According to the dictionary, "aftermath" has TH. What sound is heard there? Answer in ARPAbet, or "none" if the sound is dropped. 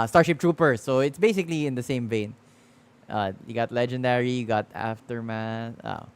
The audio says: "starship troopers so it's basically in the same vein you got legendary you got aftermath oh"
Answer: S